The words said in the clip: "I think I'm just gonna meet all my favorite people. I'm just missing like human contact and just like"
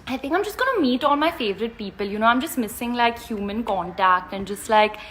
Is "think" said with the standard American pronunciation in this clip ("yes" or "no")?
yes